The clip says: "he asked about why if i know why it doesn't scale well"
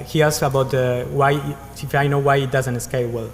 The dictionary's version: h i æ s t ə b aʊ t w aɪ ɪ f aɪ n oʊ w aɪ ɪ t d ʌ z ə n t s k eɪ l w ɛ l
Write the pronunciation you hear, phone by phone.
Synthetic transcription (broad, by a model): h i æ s ə b aʊ t w aɪ ɪ f aɪ n oʊ w aɪ ɪ t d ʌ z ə n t s k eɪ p w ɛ l